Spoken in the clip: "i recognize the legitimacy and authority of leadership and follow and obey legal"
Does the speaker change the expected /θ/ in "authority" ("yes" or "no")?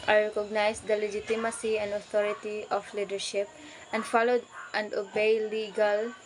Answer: yes